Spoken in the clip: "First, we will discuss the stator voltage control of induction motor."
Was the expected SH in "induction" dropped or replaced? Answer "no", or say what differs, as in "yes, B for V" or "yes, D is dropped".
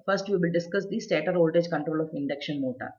no